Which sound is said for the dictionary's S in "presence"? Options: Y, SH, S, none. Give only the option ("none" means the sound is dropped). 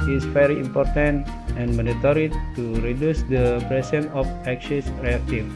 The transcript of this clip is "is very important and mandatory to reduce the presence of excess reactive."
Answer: none